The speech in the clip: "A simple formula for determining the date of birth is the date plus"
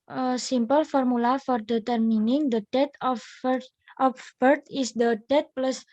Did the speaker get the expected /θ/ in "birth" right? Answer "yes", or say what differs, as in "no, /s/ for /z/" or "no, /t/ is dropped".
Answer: no, /t/ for /θ/